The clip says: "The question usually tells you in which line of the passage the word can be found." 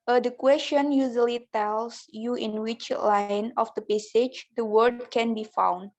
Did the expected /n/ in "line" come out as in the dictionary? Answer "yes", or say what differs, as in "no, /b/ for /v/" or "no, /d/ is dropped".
yes